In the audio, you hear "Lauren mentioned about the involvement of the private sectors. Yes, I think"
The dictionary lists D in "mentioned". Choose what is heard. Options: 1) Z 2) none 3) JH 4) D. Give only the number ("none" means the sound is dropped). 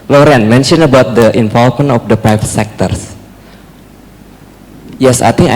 2